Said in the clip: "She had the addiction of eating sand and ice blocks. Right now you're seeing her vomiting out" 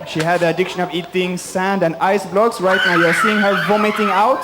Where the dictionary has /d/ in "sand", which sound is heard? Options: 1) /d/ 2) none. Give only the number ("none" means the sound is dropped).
1